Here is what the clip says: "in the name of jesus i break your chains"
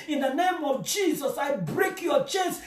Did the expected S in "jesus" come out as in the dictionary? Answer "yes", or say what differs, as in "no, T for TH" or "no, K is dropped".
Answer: yes